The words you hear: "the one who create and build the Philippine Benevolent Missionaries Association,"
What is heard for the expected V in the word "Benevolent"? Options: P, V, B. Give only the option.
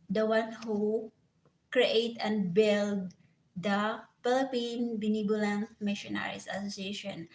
B